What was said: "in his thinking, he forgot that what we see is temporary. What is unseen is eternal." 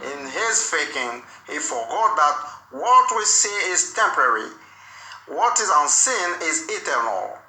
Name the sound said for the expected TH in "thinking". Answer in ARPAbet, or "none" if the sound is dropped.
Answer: F